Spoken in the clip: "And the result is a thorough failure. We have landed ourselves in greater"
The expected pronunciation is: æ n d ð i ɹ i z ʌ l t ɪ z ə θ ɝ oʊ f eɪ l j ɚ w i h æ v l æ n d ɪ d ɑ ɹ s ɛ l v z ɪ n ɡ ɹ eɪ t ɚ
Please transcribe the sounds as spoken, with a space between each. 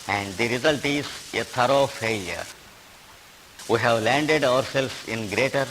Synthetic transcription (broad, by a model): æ n d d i ɹ i z ʌ l t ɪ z ə t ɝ oʊ f eɪ l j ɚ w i h æ v l æ n d ɪ d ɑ ɹ s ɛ l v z ɪ n ɡ ɹ eɪ t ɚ